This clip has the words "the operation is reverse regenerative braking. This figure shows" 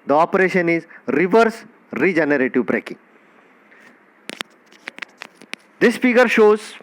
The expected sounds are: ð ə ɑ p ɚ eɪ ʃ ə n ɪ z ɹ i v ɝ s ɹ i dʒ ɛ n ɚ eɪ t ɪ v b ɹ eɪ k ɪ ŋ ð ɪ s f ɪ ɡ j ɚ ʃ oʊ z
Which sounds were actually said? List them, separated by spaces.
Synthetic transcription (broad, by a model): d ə ɑ p ɚ eɪ ʃ ə n ɪ z ɹ i v ɝ s ɹ i dʒ ɛ n ɚ eɪ t ɪ v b ɹ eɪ k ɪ ŋ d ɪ s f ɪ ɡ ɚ ʃ oʊ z